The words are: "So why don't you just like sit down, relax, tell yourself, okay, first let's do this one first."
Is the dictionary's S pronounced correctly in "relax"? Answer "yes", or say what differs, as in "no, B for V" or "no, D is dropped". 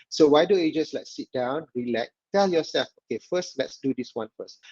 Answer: no, S is dropped